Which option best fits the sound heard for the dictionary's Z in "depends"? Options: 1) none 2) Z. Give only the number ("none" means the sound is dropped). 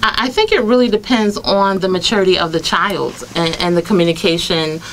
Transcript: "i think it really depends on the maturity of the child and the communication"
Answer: 2